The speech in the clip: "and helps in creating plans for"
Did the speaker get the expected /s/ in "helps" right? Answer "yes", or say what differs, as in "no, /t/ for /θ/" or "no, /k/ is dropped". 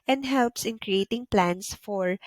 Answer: yes